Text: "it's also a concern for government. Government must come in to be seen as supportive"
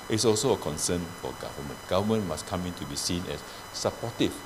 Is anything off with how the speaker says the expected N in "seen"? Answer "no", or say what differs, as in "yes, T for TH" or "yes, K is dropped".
no